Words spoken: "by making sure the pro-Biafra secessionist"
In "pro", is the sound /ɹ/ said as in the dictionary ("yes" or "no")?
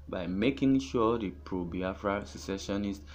yes